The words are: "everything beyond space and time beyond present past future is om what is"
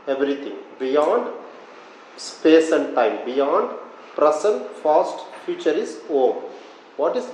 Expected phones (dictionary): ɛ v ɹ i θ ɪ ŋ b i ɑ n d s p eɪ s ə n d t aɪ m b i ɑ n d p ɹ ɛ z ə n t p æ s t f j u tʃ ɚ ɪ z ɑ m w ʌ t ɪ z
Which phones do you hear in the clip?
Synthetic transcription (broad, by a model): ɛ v ɹ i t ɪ ŋ b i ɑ n d s p eɪ s ə n d t aɪ m b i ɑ n d p ɹ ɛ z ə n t f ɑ s t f j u tʃ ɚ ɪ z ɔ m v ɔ t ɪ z